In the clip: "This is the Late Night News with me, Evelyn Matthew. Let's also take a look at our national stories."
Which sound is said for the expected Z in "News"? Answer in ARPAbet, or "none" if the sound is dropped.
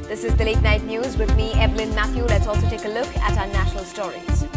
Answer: Z